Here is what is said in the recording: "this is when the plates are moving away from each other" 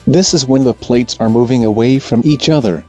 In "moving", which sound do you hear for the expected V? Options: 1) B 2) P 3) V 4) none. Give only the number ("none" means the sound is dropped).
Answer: 3